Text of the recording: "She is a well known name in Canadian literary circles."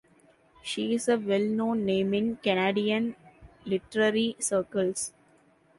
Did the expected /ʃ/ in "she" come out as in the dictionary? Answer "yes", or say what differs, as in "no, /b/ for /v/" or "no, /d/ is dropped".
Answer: yes